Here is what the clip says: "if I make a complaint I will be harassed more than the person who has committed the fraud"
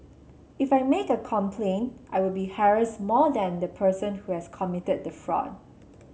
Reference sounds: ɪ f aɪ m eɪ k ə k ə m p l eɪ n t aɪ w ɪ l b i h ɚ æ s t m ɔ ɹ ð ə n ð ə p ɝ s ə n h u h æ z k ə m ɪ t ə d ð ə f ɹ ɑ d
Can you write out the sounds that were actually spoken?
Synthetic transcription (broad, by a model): ɪ f aɪ m eɪ k ə k ə m p l eɪ n t aɪ w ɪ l b i h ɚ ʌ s m ɔ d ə n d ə p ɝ s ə n h u h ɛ s k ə m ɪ t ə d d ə f ɹ ɑ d